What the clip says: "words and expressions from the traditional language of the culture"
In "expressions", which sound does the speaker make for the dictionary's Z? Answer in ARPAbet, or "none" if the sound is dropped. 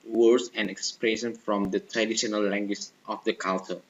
none